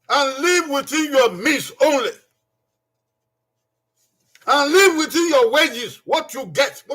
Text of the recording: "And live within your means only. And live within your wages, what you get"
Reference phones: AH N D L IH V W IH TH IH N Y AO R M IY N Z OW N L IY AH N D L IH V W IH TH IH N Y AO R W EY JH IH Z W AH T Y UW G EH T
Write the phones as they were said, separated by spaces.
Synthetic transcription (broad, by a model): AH N L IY V W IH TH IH N Y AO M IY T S OW N L IY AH N L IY V W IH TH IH N Y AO W EY JH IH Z W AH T Y UW G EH T